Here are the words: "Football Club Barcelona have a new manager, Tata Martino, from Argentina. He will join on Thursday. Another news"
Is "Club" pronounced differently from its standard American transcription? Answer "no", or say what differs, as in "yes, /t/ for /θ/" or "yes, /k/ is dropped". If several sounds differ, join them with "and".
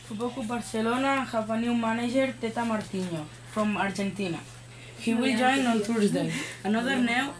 yes, /l/ is dropped